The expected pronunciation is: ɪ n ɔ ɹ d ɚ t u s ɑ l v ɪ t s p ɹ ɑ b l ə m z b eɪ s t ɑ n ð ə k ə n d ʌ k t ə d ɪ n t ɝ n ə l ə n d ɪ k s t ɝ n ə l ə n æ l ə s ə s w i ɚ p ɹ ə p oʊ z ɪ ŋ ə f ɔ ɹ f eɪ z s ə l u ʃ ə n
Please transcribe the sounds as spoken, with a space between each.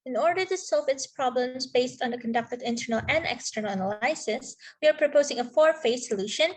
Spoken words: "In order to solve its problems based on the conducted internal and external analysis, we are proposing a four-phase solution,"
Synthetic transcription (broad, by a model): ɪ n ɔ ɹ d ɚ t u s ɑ l v ɪ t s p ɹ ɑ b l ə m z b eɪ s t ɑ n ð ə k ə n d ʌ k t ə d ɪ n t ɝ n ə l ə n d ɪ k s t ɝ n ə n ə l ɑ ə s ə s w i ɚ p ɹ ə p oʊ z ɪ ŋ ə f ɔ ɹ f eɪ s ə l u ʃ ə n